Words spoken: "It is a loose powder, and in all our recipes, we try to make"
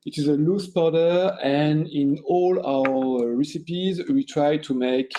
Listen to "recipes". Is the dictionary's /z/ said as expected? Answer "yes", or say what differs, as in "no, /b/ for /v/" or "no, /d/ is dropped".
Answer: yes